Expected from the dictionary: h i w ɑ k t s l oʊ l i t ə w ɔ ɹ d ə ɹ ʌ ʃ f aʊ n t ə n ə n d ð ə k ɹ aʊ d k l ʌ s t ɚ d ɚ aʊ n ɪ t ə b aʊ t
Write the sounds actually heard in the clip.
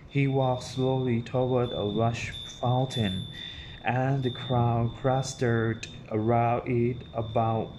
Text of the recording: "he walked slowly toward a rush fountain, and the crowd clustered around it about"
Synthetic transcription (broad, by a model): h i w ɑ k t s l oʊ l i t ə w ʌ ɹ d ə ɹ ʌ ʃ f aʊ n t ə n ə n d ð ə k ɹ aʊ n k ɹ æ s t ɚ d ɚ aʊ ɪ t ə b aʊ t